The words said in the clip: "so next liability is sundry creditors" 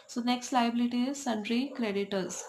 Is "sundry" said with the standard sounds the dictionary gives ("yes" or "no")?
yes